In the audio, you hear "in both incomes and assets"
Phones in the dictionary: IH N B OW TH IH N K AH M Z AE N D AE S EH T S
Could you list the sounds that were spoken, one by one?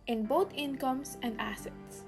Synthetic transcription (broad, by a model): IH N B OW T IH N K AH M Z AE N D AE S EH T S